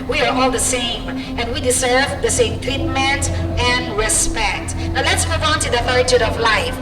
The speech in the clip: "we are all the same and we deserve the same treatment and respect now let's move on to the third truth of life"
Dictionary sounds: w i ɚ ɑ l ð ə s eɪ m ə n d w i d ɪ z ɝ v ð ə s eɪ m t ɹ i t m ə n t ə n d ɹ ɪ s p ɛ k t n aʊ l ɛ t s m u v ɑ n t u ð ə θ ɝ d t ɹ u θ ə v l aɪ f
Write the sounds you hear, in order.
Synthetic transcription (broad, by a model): w i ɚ ɑ l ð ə s eɪ m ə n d w i d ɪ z ɝ v ð ə s eɪ m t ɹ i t m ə n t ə n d ɹ ɪ s p ɛ k t n aʊ l ɛ t s m u v ɑ n t u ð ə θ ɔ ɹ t u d ə v l aɪ f